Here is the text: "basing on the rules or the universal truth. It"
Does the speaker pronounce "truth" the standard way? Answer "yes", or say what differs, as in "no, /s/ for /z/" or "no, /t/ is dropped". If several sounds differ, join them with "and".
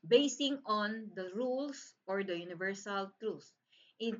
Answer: no, /s/ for /θ/